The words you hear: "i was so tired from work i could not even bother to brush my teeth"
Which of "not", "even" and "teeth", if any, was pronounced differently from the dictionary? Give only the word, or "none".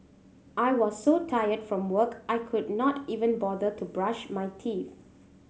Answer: teeth